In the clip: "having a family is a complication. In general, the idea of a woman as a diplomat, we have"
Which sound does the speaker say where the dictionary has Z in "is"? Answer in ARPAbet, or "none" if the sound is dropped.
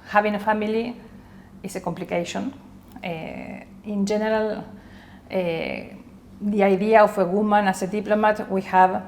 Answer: S